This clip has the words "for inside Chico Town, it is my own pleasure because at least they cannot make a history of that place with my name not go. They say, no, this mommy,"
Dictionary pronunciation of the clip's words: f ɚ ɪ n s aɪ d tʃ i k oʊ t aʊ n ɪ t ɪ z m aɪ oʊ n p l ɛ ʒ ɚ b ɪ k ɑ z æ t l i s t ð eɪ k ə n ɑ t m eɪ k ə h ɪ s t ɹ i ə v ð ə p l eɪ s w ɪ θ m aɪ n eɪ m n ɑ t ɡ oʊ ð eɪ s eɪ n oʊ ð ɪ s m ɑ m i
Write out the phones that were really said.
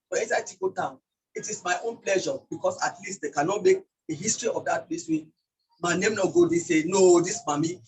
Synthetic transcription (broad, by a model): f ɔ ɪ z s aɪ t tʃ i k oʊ t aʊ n ɪ t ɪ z m aɪ oʊ n p l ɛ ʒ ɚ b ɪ k ɑ s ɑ t l i s t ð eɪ k ə n ɑ t m eɪ k ə h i s t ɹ i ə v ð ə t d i s w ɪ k m aɪ n eɪ m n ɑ ɡ oʊ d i s eɪ n oʊ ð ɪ s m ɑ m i